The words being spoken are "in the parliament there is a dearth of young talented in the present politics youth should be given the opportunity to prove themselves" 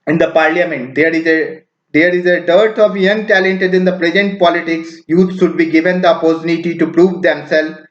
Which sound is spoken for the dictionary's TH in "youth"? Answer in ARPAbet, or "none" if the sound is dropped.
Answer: S